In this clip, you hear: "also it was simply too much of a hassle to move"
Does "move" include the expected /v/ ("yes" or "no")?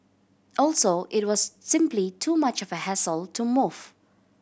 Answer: no